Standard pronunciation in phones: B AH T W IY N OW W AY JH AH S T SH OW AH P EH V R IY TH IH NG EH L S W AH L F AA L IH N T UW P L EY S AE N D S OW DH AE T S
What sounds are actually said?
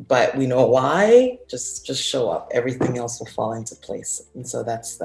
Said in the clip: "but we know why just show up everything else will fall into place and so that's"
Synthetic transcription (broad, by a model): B AH T W IY N OW W AY JH AH S T SH OW AH P EH V R IY TH IH NG EH L S W AH L F AA L IH N T UW P L EY S N S OW DH AE T S